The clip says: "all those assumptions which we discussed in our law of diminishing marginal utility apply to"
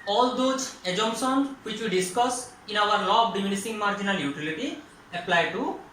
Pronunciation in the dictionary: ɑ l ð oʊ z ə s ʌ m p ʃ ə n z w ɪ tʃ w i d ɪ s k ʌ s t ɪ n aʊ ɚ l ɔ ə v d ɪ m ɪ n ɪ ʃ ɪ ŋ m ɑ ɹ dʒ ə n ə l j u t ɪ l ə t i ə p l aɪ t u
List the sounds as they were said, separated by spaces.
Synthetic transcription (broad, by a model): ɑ l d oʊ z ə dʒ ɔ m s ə n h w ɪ tʃ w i d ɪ s k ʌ s ɪ n aʊ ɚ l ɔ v d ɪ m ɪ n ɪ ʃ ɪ ŋ m ɑ ɹ dʒ ə n ə l j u t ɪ l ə t i ə p l aɪ t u